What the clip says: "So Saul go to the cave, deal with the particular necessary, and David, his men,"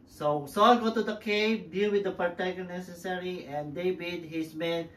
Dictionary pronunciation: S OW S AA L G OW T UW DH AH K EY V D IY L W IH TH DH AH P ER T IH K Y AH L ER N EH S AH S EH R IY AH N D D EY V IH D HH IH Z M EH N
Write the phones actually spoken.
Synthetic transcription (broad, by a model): S OW S AA L G OW T UW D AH K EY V D IY L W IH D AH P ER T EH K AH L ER N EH S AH S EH R IY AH N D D EY B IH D HH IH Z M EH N